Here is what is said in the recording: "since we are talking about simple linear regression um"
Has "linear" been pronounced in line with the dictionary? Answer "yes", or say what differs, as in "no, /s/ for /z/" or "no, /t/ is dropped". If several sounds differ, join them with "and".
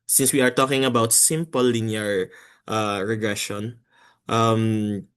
no, /n/ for /l/